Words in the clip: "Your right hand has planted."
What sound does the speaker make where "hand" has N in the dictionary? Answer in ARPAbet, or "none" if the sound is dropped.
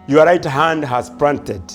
N